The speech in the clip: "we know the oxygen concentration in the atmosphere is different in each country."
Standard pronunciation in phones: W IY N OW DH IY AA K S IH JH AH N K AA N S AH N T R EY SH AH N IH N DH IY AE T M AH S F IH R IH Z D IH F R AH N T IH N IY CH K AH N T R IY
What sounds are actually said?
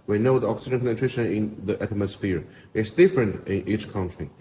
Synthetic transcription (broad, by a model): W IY N OW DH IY AA K S IH JH AH N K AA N AH T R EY SH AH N IH N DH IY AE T M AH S F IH R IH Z D IH F R AH N T IH N IY CH K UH N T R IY